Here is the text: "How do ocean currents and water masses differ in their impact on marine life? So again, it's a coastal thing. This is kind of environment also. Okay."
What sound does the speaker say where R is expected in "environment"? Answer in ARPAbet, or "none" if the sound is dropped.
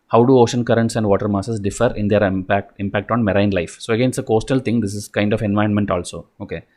none